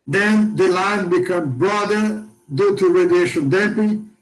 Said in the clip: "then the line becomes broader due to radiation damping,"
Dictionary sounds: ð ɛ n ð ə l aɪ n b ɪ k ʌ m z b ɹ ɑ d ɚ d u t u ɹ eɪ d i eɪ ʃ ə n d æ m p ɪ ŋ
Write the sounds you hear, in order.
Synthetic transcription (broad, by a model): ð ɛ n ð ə l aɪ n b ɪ k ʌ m b ɹ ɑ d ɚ d u t u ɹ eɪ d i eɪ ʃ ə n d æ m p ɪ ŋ